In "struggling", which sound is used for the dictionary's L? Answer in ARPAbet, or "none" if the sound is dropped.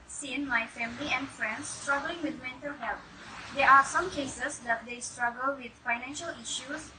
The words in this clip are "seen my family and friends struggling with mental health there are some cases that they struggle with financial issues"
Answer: L